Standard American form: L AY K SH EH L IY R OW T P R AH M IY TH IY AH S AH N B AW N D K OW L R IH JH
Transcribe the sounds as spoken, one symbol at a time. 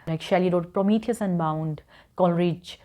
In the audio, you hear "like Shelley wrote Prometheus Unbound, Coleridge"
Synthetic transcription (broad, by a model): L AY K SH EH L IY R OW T P R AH M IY T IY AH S AH N B AW N D K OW L R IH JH